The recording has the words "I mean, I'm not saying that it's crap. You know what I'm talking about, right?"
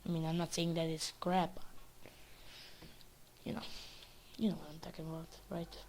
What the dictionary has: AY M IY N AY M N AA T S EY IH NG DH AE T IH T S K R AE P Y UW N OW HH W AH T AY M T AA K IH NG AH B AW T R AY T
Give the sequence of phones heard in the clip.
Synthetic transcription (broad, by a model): AY M IY N AY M N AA T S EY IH NG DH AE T IH T S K R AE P Y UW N OW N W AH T AY M T AA K IH NG AH B AW T R AY T